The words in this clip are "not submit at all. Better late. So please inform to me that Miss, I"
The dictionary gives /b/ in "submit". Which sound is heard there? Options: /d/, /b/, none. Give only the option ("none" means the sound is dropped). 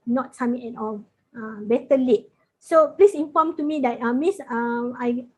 none